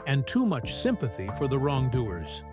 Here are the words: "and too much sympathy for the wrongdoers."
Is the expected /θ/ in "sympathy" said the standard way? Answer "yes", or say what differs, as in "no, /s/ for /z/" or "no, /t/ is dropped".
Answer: yes